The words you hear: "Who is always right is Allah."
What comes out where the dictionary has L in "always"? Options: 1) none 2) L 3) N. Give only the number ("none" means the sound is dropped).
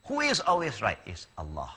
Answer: 2